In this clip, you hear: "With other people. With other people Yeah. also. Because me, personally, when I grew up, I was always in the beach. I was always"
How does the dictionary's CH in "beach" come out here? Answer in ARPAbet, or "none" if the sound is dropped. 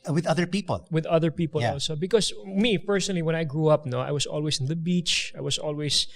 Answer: CH